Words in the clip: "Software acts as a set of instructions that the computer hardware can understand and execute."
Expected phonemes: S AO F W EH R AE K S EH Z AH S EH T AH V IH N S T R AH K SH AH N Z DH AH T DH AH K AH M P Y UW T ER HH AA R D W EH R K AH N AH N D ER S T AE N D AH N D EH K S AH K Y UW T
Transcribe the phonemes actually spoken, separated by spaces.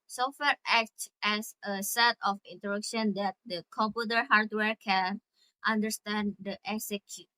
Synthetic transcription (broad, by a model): S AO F W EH R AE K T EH S AH S EH T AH F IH N T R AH K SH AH N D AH T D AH K AH M P Y UW T ER HH AA R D W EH R K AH N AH N D ER S T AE N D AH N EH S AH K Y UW